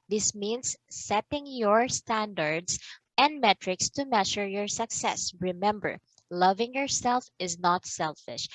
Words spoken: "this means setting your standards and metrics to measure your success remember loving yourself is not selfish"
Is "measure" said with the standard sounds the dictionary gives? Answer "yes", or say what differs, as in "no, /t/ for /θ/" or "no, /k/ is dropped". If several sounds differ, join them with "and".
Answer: no, /ʃ/ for /ʒ/